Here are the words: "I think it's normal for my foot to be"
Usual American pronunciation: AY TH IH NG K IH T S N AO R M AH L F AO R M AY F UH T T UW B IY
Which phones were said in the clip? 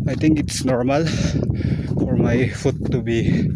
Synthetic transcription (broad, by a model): AY T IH NG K IH T S N AO R M AH L F AO R M AY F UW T T UW B IY